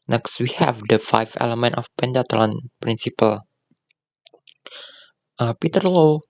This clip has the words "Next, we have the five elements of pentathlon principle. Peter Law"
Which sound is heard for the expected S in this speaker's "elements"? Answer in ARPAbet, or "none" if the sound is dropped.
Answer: none